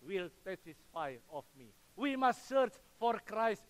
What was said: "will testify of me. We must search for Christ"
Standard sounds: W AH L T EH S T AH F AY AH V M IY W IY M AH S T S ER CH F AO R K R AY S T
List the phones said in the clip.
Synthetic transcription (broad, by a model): W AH L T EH T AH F AY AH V M IY W IY M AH S T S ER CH F AO R K R AY S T